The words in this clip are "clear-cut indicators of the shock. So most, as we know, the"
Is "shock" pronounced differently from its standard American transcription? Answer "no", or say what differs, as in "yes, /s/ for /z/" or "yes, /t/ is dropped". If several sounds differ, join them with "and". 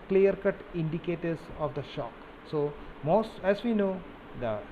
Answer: no